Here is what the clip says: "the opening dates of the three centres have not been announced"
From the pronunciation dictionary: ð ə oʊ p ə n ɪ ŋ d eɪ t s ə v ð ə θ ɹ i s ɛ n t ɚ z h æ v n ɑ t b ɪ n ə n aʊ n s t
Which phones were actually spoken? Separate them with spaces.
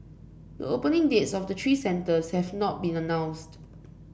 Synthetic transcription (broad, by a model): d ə oʊ p ə n ɪ ŋ d eɪ t s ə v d ə t ɹ i s ɛ n t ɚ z h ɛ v n ɑ t b ɪ n ə n aʊ n s t